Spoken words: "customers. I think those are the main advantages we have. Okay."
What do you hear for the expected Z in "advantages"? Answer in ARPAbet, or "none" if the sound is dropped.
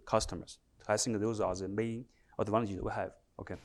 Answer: none